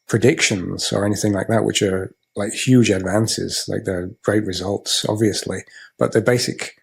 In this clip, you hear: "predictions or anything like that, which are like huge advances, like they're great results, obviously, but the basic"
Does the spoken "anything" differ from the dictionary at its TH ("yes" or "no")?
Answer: no